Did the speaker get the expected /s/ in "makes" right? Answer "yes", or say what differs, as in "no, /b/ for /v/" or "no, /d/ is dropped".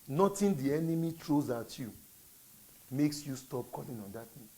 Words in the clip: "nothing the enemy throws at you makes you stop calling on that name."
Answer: yes